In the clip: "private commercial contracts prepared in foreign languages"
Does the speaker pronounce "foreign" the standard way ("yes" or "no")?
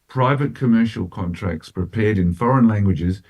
yes